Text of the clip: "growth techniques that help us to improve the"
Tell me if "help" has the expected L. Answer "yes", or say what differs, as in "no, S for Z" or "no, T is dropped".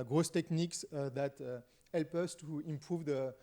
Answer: yes